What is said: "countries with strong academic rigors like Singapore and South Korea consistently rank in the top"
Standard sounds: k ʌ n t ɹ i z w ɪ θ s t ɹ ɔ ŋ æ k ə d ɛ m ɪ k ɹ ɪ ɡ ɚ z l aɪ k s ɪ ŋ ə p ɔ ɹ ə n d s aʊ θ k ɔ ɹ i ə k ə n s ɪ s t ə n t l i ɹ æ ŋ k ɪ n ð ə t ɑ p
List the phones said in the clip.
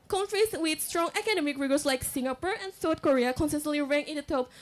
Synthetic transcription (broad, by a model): k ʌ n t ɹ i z w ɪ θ s t ɹ ɔ ŋ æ k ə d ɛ m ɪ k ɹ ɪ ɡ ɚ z l aɪ k s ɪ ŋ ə p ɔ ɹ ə n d s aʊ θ k ɔ ɹ i ə k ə n s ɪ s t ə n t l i ɹ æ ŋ ɪ n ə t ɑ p